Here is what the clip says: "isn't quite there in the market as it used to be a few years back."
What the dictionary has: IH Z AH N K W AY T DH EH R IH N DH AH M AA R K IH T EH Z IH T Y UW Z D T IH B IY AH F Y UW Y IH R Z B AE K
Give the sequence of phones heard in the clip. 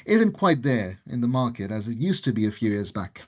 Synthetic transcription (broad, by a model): IH Z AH N K W AY T DH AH R IH N DH AH M AA R K IH T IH Z IH T Y UW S T IH B IY AH F Y UW Y IH R Z B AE K